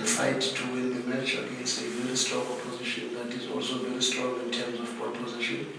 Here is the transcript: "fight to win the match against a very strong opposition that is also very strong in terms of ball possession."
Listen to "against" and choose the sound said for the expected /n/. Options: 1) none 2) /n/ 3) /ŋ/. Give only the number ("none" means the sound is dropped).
1